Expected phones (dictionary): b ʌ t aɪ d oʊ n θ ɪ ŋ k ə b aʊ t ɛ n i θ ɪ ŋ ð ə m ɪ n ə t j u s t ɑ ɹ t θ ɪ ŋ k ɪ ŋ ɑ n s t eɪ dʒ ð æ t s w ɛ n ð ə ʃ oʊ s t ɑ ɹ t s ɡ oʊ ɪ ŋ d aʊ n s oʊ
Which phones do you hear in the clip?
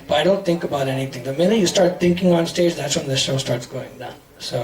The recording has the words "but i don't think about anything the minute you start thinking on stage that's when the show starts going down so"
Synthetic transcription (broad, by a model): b ʌ t aɪ d oʊ n θ ɪ ŋ k ə b aʊ t ɛ n i θ ɪ ŋ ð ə m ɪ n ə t j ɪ s t ɑ ɹ t θ ɪ ŋ k ɪ ŋ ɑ n s t eɪ dʒ ð æ t s w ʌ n ð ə ʃ oʊ s t ɑ ɹ t s ɡ oʊ ɪ ŋ d aʊ n s oʊ